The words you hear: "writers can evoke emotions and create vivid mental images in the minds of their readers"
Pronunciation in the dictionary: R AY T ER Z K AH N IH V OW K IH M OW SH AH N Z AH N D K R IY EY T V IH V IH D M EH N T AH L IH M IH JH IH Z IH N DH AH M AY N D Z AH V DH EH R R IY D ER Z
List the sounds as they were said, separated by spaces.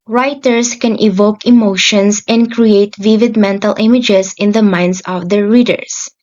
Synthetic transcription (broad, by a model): R AY T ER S K AH N IH V OW K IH M OW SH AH N S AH N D K R IY EY T V IH V IH D M EH N T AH L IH M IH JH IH S IH N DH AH M AY N D S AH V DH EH R R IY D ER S